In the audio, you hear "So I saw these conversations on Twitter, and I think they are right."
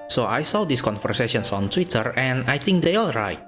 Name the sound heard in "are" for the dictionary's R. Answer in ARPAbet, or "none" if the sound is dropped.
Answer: L